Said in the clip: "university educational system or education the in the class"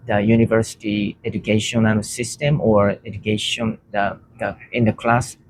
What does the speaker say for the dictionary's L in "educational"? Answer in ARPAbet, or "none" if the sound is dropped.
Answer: N